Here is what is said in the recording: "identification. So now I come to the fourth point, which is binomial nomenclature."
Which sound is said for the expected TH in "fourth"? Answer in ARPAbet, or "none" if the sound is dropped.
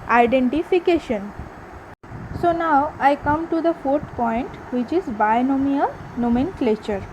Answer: T